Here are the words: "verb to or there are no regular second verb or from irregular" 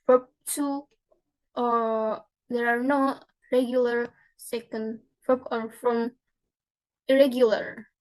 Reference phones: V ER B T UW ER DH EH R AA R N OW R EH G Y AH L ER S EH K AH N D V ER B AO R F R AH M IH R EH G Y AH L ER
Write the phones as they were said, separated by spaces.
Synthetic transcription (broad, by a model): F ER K T UW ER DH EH R AA R N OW R EH G Y AH L ER S EH K AH N D F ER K AO R F R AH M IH R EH G Y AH L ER